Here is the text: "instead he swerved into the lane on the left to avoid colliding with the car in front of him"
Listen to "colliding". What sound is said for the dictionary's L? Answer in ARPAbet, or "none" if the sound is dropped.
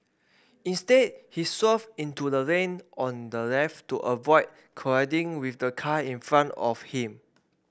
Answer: none